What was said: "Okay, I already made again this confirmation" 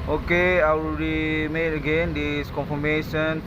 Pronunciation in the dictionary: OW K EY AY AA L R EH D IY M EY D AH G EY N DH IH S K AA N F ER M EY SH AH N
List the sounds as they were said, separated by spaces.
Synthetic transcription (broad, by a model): OW K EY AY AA W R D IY M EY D AH G EY N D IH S K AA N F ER M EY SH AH N